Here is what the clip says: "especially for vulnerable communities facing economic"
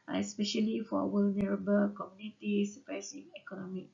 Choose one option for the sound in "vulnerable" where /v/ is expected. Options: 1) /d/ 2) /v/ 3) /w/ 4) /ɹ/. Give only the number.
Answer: 3